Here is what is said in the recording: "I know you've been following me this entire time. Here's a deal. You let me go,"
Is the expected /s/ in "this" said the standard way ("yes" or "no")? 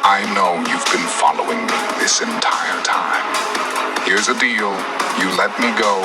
yes